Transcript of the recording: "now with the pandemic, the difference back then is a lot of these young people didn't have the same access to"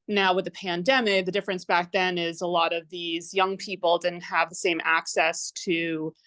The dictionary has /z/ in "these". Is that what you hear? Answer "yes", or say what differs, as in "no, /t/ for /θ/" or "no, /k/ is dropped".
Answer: yes